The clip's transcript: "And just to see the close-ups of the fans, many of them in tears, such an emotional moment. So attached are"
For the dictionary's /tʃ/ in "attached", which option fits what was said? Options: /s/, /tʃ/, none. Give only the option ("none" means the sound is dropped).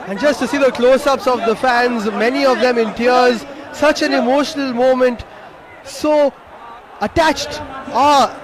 /tʃ/